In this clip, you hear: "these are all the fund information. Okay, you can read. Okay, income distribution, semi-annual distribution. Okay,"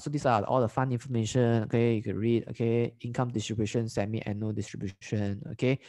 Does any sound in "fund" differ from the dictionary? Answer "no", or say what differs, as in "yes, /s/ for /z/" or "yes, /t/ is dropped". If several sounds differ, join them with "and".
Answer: yes, /d/ is dropped